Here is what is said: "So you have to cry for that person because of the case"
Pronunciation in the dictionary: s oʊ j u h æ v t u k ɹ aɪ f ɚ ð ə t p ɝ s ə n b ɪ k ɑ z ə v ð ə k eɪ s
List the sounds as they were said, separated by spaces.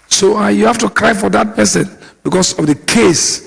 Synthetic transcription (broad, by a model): s oʊ j u h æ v t u k ɹ aɪ f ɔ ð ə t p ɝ s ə n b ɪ k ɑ s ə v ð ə k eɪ s